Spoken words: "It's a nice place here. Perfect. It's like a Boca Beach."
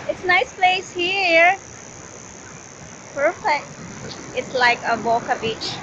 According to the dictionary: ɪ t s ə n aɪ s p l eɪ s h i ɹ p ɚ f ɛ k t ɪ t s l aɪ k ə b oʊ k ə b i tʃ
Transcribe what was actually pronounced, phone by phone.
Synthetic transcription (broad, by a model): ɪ t s ə n aɪ s p l eɪ s h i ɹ p ɚ f ɛ k t ɪ t s l aɪ k ə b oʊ k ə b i tʃ